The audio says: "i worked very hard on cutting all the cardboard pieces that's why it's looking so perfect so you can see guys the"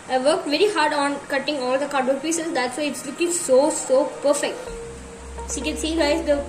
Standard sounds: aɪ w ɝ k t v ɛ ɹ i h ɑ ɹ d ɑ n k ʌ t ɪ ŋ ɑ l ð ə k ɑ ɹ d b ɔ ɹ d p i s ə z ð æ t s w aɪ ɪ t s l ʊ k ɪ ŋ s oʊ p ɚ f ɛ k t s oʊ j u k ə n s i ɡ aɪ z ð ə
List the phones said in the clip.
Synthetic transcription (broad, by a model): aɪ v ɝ k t v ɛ ɹ i h ɑ ɹ d ɑ n k ʌ t ɪ ŋ ɑ l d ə k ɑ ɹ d ɔ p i s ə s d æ t s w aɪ ɪ t s l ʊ k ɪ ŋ s oʊ p ɚ f ɛ k t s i k ə n s i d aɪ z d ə